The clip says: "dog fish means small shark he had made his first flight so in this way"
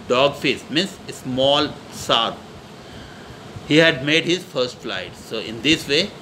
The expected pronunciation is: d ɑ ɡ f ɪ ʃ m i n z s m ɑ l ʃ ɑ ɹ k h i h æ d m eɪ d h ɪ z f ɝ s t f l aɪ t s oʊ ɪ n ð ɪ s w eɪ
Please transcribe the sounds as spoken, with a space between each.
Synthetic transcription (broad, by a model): d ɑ ɡ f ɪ s m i n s s m ɑ l s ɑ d h i h æ d m eɪ d h ɪ z f ɝ s t f l aɪ t s oʊ ɪ n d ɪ s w eɪ